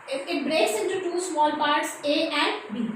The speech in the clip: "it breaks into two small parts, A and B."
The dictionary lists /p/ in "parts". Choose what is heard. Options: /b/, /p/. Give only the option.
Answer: /p/